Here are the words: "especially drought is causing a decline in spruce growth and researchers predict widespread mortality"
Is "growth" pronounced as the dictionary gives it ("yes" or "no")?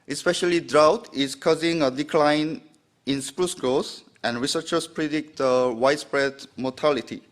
no